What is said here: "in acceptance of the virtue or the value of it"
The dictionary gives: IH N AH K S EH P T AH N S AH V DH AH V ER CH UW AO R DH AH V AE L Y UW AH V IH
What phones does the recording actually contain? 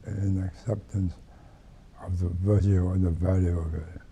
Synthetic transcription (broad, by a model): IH N AH K S EH P T AH N S AH V DH AH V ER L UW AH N DH AH V AE L Y UW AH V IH